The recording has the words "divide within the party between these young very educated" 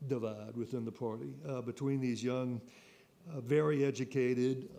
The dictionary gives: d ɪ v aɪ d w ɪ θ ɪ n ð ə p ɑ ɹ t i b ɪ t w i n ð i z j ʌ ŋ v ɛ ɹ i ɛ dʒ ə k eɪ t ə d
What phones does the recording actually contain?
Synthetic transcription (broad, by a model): d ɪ v aɪ d w ɪ θ ɪ n ð ə p ɑ ɹ t i b ɪ t w i n ð i z j ʌ ŋ v ɛ ɹ i ɛ dʒ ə k eɪ t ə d